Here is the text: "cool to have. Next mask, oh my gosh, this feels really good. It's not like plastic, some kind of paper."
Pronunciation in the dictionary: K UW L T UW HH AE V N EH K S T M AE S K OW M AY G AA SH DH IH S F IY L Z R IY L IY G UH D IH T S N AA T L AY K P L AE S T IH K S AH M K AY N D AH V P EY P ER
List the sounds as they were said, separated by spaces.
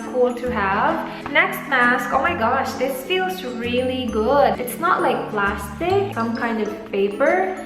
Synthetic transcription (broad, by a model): K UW L T UW HH AE V N EH K S T M AE S K OW M AY G AA SH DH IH S F IY L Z R IY L IY G UH D IH T S N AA T L AY K P L AE S T IH K S AH M K AY N D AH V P EY P ER